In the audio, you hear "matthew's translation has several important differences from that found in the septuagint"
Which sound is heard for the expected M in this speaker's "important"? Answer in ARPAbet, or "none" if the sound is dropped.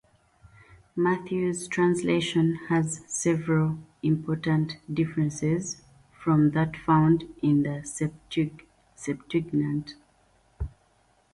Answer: M